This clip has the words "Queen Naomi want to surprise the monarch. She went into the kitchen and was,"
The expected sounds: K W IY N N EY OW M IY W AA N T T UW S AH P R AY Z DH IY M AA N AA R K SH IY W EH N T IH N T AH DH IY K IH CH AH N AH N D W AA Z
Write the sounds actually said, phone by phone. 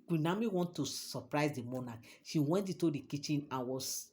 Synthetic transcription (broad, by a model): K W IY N N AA M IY W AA N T T UW S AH P R AY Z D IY M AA N AA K SH IY W EH N T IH T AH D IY K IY CH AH N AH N W AA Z